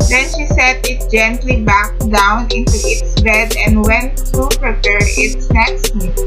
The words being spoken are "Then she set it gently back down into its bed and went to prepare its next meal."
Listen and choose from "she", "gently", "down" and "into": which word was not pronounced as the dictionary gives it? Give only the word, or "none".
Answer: none